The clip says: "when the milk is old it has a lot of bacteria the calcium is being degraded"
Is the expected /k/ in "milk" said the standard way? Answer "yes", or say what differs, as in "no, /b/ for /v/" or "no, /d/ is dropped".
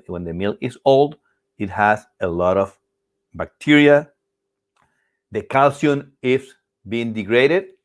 no, /k/ is dropped